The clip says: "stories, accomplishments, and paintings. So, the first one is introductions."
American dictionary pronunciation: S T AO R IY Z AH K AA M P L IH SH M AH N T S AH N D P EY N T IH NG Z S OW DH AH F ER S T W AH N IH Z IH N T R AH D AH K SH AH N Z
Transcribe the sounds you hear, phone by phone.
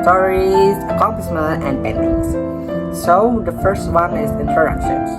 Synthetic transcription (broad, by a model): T AO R IY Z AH K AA M P L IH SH M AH N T AH N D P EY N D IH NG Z S OW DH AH F ER S T W AH N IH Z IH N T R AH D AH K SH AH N